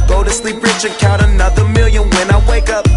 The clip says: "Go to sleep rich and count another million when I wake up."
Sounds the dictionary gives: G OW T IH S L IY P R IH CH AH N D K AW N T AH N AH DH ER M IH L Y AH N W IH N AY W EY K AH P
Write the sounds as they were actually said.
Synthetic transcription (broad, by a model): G OW T IH S L IY P R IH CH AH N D K AW T AH N AH DH ER M IH L Y AH N W IH N AY W EY K AH P